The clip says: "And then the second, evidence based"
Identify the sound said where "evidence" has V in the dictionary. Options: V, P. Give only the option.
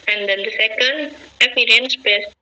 P